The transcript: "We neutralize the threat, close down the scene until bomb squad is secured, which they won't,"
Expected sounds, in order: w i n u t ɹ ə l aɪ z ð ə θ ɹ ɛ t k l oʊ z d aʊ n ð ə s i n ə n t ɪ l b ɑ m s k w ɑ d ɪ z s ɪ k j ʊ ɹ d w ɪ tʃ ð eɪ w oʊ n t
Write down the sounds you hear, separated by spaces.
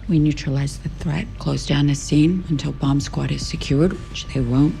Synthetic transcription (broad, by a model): w i n u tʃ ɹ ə l aɪ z ð ə θ ɹ ɛ t k l oʊ z d aʊ n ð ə s i n ə n t ɪ l b ɑ m s k w ɑ d ɪ z s ɪ k j ʊ ɹ d w ɪ tʃ ð eɪ w oʊ n t